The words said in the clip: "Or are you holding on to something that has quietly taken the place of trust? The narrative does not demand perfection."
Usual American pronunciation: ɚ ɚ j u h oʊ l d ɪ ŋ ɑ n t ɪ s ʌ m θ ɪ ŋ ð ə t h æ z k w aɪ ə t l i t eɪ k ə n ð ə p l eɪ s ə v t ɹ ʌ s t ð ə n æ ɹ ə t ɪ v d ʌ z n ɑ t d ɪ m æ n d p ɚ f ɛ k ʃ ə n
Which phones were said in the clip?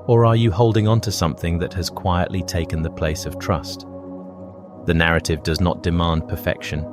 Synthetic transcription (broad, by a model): ɚ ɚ j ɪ h oʊ l d ɪ ŋ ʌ n t ɪ s ʌ m θ ɪ ŋ ð ə t h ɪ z k w aɪ ə t l i t eɪ k ə n ð ə p l eɪ s ə v t ɹ ʌ s t ð ə n æ ɹ ə t ɪ v d ʌ z n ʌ t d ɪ m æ n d p ɚ f ɛ k ʃ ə n